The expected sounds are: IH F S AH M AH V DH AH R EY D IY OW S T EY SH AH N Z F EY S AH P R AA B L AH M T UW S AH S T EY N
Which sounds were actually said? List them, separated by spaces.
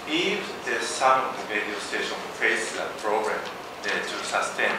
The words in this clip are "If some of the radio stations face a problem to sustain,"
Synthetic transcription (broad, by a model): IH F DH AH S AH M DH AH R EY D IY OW S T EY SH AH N F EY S AH P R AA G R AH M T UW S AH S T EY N